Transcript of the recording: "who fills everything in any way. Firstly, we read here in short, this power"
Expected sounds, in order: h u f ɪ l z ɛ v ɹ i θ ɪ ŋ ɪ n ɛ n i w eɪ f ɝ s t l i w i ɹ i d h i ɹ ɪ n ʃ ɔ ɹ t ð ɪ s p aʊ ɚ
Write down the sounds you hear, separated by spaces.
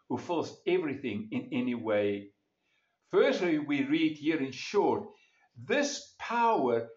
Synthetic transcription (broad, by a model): h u f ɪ l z ɛ v ɹ i θ ɪ ŋ ɪ n ɛ n i w eɪ f ɝ s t l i w i ɹ i d h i ɹ ɪ n ʃ ɔ ɹ t ð ɪ s p aʊ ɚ